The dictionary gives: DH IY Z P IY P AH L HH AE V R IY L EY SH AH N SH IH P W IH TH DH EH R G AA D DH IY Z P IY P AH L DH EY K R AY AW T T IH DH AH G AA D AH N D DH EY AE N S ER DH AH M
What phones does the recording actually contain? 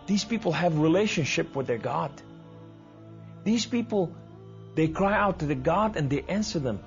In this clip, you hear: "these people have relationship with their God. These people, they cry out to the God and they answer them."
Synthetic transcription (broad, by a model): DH IY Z P IY P L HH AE V R IY L EY SH AH N SH IH P W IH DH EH R G AA D DH IY Z P IY P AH L DH EY K R AY AW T T IH DH AH G AA D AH N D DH EY AE N S ER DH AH M